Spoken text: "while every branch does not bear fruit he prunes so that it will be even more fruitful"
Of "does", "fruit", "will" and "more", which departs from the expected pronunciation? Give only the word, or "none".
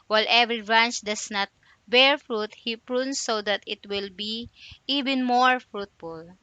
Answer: does